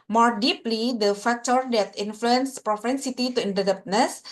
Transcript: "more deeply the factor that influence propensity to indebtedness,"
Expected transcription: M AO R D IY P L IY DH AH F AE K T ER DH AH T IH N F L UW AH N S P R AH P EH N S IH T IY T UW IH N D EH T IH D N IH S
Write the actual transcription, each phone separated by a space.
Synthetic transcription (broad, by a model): M AO R D IY P L IY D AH F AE K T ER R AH T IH N F L UW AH N S P R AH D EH N S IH T IY T UW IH N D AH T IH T N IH S